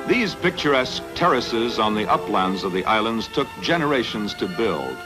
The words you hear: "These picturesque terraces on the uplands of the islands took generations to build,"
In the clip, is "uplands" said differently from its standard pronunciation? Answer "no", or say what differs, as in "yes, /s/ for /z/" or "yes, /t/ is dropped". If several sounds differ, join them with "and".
no